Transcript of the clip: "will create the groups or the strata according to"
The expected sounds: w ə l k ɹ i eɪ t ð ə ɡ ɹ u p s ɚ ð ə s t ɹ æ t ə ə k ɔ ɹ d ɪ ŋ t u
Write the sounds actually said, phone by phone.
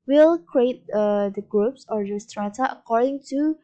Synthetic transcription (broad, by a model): w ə l k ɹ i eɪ t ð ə ɡ ɹ u p s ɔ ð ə s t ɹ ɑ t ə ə k ɔ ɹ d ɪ ŋ t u